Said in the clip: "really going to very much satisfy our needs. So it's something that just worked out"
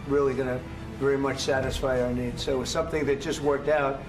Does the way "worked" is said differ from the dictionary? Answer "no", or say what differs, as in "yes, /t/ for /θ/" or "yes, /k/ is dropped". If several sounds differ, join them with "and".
no